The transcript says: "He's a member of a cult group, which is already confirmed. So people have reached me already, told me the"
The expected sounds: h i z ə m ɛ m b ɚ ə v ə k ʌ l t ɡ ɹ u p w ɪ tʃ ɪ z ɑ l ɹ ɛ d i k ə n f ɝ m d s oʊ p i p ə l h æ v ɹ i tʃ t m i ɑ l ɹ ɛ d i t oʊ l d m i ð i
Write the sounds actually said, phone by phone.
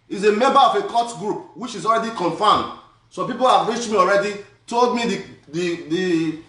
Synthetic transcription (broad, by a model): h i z ə m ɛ m b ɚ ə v ə k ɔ t ɡ ɹ u p w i tʃ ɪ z ɑ l ɹ ɛ d i k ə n f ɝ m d s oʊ p i p ə l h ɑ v ɹ i tʃ t m i ɑ l ɹ ɛ d i t oʊ l d m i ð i